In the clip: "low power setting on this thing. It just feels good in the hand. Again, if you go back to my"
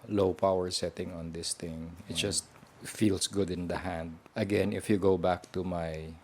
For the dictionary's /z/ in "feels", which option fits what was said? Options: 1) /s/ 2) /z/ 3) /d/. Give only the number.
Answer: 1